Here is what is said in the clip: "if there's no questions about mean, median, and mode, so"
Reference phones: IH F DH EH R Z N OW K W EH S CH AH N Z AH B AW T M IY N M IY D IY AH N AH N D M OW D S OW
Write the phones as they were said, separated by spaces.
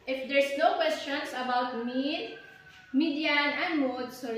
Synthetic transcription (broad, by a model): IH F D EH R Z N OW K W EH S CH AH N S AH B AW T M IY N M IY D IY AH N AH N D M OW D S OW